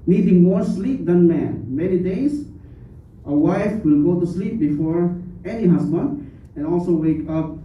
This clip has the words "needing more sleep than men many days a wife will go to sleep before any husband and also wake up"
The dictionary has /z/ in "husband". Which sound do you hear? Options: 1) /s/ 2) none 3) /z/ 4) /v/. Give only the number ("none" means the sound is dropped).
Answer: 1